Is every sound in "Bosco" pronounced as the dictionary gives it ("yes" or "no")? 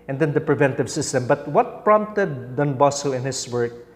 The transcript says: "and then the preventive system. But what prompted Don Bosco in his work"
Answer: no